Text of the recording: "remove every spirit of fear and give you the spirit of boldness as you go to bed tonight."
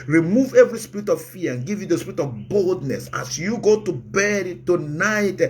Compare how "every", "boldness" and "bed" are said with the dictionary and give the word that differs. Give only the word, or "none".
none